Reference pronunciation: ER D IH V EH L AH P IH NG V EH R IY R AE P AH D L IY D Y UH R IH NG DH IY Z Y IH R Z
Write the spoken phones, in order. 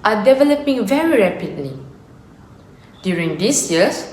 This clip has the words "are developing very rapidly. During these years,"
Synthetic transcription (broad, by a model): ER D IH V EH L AH P IH NG V EH R IY R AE P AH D L IY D Y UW R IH NG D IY S Y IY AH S